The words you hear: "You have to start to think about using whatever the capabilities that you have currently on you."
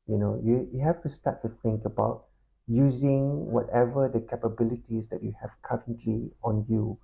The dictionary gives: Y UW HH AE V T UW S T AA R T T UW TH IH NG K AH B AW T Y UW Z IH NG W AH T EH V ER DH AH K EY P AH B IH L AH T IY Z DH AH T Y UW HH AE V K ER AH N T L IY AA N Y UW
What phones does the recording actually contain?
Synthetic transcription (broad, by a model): Y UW HH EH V T UW S T AA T T UW TH IH NG K AH B AW T Y UW Z IH NG W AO T EH V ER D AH K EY P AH B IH L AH T IY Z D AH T Y UW HH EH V K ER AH N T L IY AA N Y UW